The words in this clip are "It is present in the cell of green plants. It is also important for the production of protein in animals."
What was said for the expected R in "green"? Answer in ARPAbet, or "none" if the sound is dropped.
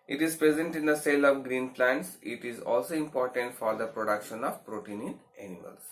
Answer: R